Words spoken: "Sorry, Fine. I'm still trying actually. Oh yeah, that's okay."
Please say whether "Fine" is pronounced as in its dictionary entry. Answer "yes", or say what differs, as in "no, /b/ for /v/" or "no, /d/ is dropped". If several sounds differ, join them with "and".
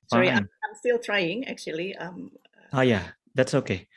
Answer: no, /n/ is dropped